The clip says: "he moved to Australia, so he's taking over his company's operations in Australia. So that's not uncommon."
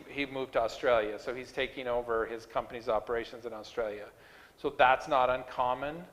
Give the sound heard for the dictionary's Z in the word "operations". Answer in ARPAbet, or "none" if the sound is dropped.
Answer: Z